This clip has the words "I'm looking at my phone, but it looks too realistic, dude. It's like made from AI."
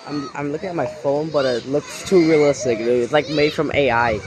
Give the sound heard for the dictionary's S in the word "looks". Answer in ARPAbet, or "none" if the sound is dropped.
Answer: S